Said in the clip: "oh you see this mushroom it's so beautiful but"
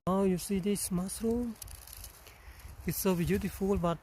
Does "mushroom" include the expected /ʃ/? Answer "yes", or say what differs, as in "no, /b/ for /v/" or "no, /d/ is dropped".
no, /s/ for /ʃ/